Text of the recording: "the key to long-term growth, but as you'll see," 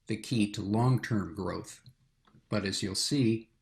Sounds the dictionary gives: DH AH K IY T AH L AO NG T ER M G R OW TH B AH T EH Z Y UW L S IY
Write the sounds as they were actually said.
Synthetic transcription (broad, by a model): DH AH K IY T AH L AO NG T ER M G R OW TH B AH T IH Z Y UW L S IY